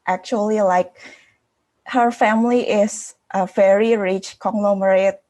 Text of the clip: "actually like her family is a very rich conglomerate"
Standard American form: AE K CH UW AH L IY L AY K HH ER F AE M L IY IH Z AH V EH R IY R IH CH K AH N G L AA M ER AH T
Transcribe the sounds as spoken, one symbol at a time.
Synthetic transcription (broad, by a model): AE K CH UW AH L IY L AY K HH ER F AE M L IY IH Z AH V EH R IY R IH CH K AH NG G L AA M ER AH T